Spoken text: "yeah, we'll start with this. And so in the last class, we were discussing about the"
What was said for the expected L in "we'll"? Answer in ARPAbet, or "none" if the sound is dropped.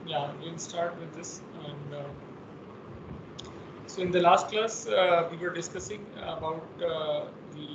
N